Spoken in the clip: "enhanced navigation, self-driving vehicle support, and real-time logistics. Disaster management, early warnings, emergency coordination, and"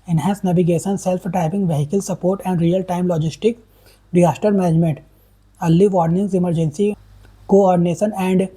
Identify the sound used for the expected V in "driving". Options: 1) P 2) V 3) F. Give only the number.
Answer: 1